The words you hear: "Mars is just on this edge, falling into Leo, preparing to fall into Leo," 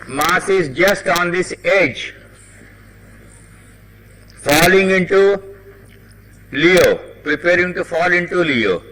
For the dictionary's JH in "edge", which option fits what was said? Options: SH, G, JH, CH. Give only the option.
JH